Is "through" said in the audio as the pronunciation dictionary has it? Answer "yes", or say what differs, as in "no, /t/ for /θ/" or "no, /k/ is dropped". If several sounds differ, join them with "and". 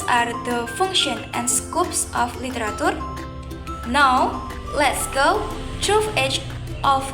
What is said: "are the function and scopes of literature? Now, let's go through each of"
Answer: no, /t/ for /θ/